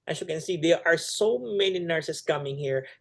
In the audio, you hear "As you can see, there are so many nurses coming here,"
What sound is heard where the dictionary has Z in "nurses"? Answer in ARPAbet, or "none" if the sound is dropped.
S